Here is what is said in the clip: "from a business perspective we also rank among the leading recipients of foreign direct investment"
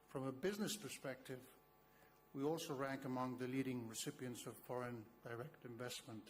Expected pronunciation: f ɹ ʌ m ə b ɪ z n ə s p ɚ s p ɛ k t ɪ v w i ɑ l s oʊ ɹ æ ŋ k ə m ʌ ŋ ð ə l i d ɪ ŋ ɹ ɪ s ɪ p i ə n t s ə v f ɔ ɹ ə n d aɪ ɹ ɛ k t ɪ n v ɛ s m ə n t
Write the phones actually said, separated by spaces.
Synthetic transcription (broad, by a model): f ɹ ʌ m ə b ɪ z n ə s p ɚ s p ɛ k t ɪ v w i ɑ l s oʊ ɹ æ ŋ k ə m ʌ ŋ ð ə l i d ɪ ŋ ɹ ɪ s ɪ p i ə n t s ə v f ɔ ɹ ə n d aɪ ɹ ɛ k t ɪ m v ɛ s m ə n t